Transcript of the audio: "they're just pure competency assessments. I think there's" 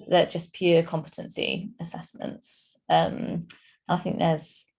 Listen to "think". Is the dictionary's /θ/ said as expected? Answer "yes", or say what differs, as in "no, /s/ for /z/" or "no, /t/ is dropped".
yes